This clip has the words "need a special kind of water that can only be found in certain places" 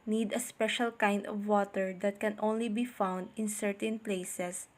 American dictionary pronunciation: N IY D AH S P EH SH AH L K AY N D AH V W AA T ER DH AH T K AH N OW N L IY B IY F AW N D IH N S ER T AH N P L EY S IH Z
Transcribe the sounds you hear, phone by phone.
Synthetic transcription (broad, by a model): N IY D AH S P EH SH AH L K AY N D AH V W AA T ER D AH T K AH N OW N L IY B IY F AW N D IH N S ER T AH N P L EY S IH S